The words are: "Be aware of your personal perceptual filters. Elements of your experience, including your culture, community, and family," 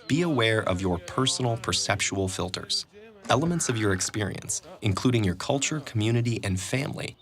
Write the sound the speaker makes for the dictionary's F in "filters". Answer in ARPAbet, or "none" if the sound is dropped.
F